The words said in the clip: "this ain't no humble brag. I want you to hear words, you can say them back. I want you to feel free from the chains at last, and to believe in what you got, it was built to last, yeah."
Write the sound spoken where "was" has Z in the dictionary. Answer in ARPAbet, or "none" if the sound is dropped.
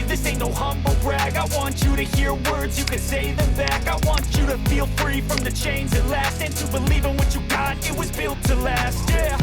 Z